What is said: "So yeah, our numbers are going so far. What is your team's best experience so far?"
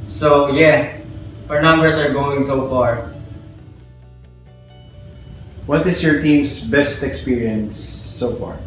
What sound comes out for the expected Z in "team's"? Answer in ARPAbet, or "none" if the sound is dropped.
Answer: S